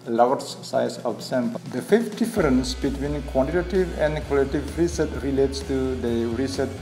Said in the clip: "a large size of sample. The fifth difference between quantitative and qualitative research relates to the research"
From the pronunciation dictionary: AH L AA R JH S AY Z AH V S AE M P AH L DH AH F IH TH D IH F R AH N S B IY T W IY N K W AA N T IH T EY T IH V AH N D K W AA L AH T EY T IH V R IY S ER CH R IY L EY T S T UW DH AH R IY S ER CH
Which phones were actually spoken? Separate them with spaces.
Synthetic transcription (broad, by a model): L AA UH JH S AY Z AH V S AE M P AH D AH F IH F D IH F R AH N S B IY T W IY N K W AA N T IH T EY T IH V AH N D K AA L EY T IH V R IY S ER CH R IY L EY T S T UW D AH R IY S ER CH